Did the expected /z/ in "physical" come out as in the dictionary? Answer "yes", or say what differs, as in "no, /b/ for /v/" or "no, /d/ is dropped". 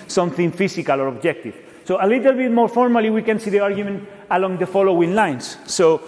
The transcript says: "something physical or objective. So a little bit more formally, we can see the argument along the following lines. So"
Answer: no, /s/ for /z/